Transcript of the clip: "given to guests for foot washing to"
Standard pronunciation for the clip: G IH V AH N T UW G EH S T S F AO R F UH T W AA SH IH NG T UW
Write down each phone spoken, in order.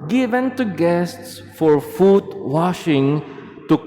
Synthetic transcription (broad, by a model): G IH V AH N T UW G EH S T S F AO R F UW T W AA SH IH NG T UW